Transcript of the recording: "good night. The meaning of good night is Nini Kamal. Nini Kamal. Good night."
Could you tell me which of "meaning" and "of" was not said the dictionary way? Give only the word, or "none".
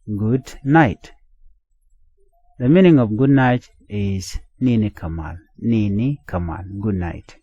of